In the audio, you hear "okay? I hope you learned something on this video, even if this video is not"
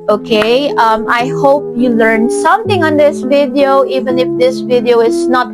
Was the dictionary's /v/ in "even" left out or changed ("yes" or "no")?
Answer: no